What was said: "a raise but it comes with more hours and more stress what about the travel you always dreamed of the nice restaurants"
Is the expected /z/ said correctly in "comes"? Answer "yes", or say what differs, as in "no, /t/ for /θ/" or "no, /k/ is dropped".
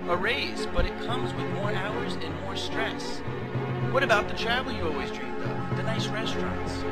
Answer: yes